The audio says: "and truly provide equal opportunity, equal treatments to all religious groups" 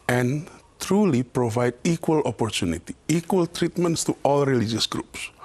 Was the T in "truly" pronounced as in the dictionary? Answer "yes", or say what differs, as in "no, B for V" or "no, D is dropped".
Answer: yes